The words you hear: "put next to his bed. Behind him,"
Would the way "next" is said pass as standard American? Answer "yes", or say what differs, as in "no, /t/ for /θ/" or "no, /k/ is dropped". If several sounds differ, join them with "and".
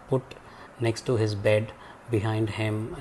yes